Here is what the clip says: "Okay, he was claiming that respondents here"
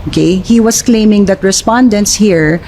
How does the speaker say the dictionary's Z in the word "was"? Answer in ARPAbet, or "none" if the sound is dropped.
S